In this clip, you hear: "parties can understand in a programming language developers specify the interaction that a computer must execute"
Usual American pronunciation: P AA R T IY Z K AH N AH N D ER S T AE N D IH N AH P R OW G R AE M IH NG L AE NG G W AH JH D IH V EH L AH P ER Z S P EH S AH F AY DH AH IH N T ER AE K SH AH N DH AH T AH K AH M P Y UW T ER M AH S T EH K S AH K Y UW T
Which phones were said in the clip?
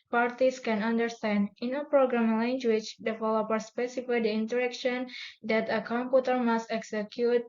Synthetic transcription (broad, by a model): P AA R T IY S K AH N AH N D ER S T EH N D IH N AH P R OW G R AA M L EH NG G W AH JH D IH F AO L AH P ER S P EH S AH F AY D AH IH N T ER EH K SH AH N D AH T AH K AH M P Y UW T ER M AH S T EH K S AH K Y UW T